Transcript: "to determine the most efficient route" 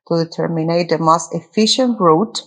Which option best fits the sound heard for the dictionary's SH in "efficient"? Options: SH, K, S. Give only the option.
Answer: SH